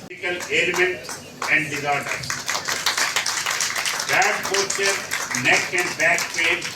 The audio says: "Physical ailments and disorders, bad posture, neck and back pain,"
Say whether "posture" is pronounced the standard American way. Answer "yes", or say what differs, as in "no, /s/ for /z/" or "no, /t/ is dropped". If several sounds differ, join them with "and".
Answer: no, /s/ is dropped